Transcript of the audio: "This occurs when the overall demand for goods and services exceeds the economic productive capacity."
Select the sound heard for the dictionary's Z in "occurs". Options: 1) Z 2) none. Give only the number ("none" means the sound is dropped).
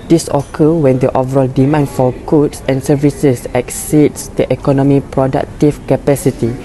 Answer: 2